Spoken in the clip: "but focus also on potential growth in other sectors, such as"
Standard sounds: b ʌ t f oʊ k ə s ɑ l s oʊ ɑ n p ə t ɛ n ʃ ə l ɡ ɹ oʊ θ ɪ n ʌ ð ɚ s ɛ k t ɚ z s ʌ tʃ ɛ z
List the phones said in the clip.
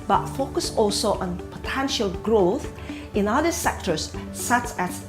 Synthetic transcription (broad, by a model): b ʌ t f oʊ k ə s ɑ l s oʊ ɑ n p ə t ɛ n ʃ ə l ɡ ɹ oʊ θ ɪ n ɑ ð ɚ s ɛ k t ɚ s s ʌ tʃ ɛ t